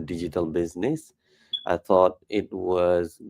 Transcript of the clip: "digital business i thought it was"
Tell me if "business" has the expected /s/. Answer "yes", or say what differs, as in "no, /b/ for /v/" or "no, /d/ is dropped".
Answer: yes